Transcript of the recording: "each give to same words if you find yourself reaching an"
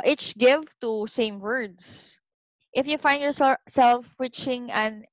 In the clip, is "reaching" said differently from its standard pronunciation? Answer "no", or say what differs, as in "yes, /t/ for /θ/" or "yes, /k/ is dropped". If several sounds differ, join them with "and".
yes, /w/ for /ɹ/